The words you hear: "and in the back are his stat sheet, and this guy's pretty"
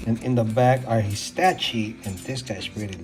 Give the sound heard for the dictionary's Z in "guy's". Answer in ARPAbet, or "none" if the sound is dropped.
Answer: S